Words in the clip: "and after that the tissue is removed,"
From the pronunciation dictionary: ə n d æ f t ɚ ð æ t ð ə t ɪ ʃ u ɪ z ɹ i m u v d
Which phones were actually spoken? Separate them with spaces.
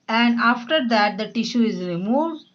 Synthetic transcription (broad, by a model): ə n d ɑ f t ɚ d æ t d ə t ɪ ʃ u ɪ z ɹ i m u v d